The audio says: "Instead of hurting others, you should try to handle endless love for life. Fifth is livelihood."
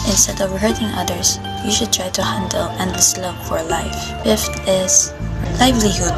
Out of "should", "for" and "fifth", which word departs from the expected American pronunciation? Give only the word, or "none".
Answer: fifth